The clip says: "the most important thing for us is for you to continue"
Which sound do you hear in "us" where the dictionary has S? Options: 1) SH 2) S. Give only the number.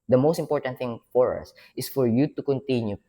2